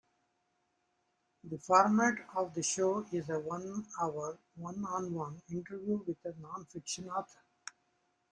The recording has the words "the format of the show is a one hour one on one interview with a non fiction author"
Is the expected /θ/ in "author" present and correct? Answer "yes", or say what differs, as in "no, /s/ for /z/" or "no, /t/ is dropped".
no, /t/ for /θ/